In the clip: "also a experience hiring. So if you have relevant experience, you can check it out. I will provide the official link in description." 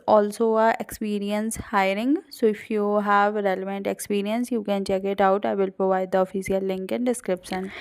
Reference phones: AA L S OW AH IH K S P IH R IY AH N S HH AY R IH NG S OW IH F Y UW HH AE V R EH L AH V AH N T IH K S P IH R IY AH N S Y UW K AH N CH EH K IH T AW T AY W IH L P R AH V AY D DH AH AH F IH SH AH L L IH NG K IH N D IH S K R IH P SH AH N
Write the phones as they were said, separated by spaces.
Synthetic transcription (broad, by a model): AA L S OW AH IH K S P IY R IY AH N S HH AY R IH NG S OW IH F Y UW HH AE V R EH L AH V AH N T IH K S P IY R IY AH N S Y UW K AH N CH EH K IH T AW T AY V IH L P R AH V AY D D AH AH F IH S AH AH L IH NG K IH N D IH S K R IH P SH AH N